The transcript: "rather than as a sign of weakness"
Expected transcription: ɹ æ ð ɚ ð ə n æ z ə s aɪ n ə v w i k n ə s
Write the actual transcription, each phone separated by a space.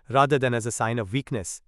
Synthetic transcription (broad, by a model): ɹ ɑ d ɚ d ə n æ z ə s aɪ n ə v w i k n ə s